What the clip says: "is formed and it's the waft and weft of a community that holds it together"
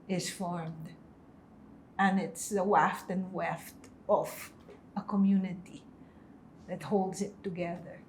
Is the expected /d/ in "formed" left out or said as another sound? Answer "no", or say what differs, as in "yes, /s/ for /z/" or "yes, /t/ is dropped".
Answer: no